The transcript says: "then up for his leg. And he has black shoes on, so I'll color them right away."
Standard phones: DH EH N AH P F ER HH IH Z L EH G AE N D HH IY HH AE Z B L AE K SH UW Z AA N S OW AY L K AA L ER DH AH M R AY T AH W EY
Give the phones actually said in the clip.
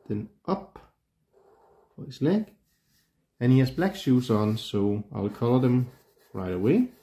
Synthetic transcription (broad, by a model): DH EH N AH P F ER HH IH S L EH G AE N HH IY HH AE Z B L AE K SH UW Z AA N S OW AY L K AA L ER DH AH M R AY T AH W EY